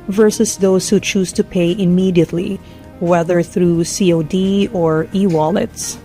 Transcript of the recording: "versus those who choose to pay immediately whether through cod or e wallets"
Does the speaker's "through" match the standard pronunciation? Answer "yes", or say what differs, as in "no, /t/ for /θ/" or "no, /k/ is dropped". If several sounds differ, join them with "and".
yes